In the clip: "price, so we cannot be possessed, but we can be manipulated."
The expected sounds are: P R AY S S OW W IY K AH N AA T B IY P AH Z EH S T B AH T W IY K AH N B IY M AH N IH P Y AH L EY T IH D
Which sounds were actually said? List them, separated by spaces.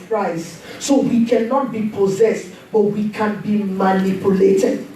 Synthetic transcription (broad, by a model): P R AY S S OW W IY K AH N AA T B IY P AH Z EH S T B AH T W IY K AH N B IY M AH N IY P Y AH L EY T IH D